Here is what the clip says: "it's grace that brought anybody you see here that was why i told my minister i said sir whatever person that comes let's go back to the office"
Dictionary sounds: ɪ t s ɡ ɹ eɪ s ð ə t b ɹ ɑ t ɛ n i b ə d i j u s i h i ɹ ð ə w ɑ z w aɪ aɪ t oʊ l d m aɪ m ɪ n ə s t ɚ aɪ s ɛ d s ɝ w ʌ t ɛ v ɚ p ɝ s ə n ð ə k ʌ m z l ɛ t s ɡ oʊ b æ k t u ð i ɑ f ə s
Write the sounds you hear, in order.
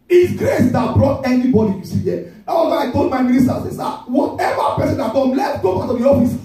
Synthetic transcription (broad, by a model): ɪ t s ɡ ɹ eɪ s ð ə t b ɹ ɑ t ɛ n i b ə d i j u s i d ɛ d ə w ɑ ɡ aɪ aɪ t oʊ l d m aɪ m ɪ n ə s t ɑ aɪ s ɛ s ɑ w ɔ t ɛ v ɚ p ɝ s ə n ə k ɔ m l ɛ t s ɡ oʊ b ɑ k t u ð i ɑ f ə s